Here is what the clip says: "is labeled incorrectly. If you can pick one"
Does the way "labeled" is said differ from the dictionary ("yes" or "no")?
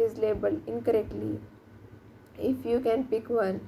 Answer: yes